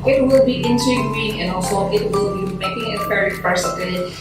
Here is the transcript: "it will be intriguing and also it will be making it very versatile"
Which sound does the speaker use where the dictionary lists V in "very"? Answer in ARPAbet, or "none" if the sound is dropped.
P